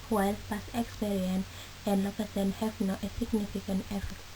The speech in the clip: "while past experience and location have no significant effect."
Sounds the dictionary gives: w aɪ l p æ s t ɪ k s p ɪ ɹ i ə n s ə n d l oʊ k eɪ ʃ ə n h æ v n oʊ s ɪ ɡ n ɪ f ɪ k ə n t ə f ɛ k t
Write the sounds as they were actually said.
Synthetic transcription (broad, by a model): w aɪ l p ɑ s ɪ k s p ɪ ɹ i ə n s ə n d l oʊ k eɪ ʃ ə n h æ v n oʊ s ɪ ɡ n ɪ f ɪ k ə n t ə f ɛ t